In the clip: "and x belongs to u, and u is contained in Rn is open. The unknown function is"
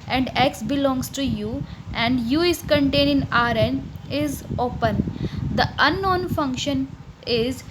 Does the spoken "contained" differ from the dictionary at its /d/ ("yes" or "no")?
yes